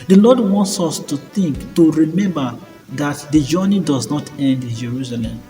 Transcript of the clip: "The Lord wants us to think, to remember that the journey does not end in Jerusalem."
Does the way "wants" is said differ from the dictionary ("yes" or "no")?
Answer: no